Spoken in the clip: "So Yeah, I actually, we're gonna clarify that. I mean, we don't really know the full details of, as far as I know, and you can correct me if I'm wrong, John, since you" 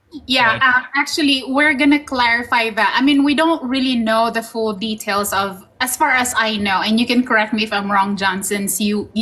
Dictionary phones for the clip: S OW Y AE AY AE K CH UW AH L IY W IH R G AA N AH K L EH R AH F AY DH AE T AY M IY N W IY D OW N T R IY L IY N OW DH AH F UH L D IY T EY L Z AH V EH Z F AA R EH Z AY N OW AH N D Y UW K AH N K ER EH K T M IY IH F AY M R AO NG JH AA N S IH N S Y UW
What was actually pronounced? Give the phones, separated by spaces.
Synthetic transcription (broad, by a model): Y AE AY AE K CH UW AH L IY W IH R G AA N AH K L EH R AH F AY DH AE T AY M IY N W IY D OW N T R IY L IY N OW DH AH F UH L D IY T EY L S AH V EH S F AA R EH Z AY N OW AH N D Y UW K AH N K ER EH K T M IY IH F AY M R AO NG JH AA N S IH N S Y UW